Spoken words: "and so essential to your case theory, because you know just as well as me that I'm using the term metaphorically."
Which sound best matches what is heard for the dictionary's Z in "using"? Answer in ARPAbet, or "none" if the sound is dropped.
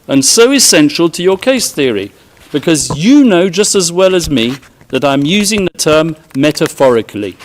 Z